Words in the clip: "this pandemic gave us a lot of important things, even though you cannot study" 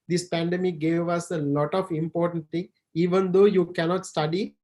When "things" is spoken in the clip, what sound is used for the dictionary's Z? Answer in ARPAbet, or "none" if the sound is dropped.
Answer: none